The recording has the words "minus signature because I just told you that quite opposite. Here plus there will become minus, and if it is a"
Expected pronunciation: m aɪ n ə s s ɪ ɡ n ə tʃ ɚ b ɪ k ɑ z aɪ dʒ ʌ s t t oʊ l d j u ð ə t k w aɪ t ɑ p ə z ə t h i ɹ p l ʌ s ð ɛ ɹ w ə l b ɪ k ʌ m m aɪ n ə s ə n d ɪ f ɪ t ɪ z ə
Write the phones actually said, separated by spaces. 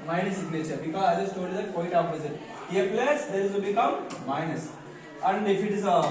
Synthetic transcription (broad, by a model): m aɪ n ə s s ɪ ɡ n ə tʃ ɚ b ɪ k ɑ z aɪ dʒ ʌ s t t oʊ d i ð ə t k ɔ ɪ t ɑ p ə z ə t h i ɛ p l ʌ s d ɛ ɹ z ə b ɪ k ʌ m m aɪ n ə s ə n d ɪ f ɪ t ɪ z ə